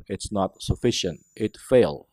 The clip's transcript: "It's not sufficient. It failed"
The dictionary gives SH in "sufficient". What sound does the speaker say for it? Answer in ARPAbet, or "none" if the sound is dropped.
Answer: SH